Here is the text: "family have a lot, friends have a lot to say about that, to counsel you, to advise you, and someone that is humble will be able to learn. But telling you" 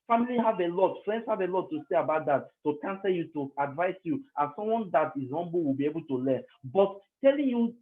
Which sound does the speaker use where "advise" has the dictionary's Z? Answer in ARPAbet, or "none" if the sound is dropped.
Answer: S